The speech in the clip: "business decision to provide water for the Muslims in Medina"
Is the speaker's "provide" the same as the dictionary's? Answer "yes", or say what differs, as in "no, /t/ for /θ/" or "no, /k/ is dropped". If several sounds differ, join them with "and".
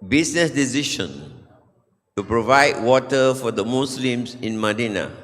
yes